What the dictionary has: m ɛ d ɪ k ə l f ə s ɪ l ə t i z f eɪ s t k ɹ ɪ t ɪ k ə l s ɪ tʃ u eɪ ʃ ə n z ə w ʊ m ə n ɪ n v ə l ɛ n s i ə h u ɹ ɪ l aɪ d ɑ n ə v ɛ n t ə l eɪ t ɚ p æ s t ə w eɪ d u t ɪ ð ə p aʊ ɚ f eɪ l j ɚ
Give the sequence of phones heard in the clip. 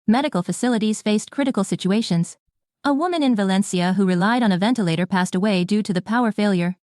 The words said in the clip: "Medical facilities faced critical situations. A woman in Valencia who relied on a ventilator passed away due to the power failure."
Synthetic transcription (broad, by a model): m ɛ d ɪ k l f ə s ɪ l ə t i z f eɪ s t k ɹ ɪ t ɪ k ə l s ɪ tʃ u eɪ ʃ ə n z ə w ʊ m ə n ɪ n v ə l ɛ n s i ə h u ɹ ɪ l aɪ d n ə v ɛ n t ə l eɪ t ɚ p æ s t ə w eɪ d u t ɪ ð ə p aʊ ɚ f eɪ l j ɚ